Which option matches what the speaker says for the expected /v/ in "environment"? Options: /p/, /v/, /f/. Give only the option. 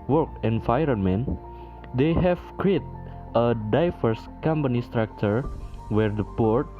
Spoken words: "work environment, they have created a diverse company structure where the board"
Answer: /f/